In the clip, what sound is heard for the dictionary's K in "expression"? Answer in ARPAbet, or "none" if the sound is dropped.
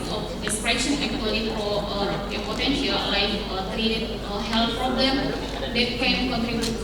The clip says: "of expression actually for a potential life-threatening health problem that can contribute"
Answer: none